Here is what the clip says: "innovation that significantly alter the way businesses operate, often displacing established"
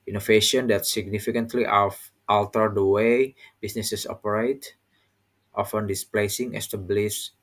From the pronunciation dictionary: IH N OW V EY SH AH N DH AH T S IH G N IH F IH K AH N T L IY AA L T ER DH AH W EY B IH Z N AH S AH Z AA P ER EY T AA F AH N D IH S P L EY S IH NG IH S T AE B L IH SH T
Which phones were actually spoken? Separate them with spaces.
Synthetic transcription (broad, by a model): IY N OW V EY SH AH N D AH T S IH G N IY F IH K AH N T L IY AA L T ER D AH W EY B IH S N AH S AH S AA P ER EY T AA F AH N D IH S P L EY S IH NG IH S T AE B L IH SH